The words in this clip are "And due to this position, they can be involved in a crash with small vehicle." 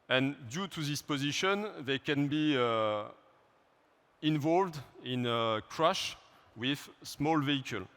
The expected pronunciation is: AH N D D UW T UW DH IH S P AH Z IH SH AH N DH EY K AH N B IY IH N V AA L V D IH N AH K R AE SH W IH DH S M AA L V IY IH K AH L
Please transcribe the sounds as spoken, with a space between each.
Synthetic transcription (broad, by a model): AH N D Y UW T UW DH IH S P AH Z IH SH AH N DH EY K AH N B IY IH N V AA L V D IH N AH K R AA SH W IH DH S M AA L V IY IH K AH L